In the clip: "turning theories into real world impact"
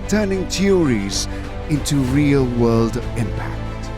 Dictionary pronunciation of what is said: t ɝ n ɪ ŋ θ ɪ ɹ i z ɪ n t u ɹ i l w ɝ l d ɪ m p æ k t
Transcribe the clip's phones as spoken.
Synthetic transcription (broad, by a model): t ɝ n ɪ ŋ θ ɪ ɹ i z ɪ n t u ɹ i l w ɝ l d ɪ m p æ k t